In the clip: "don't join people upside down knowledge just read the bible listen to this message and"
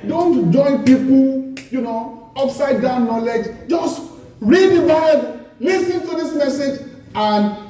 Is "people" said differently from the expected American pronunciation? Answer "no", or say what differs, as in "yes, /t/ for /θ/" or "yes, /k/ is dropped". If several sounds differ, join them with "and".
yes, /n/ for /l/